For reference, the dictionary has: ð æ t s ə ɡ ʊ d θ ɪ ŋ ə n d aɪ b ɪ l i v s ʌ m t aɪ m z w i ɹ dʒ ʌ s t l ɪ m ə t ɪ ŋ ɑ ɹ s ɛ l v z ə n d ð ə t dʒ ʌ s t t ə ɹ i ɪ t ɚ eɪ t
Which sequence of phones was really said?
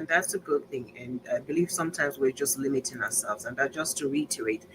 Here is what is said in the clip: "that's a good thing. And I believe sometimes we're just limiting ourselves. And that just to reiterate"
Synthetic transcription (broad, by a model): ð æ t s ə ɡ ʊ d θ ɪ ŋ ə n aɪ b ɪ l i v s ʌ m t aɪ m z w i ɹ dʒ ʌ s t l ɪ m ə t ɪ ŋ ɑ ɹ s ɛ l v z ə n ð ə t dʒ ʌ s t t ə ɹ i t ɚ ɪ t